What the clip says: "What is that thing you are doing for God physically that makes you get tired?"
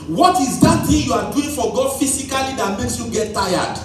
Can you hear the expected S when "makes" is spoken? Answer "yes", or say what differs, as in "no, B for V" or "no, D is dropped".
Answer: yes